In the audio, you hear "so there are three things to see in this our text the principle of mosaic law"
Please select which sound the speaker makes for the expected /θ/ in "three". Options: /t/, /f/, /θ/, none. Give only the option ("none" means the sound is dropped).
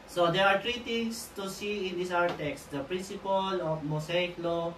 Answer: /t/